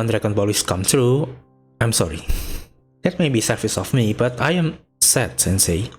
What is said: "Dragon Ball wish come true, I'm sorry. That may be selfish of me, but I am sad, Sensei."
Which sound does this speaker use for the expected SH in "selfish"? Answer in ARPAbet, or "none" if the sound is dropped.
S